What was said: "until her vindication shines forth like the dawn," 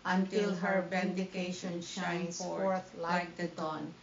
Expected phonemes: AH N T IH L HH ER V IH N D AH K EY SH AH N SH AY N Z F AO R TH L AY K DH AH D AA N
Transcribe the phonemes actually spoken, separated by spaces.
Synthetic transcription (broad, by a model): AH N T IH L HH ER B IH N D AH K EY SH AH N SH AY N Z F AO R T L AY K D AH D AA N